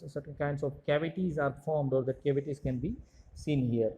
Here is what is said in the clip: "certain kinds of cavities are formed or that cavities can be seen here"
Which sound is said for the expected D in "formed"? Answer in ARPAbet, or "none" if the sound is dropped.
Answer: D